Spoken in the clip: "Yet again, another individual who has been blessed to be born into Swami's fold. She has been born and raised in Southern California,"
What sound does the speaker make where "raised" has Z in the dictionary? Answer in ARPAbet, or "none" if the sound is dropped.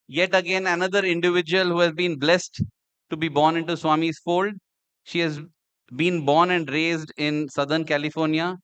Z